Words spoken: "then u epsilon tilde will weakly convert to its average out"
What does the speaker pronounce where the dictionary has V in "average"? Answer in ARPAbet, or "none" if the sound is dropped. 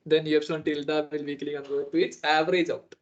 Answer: V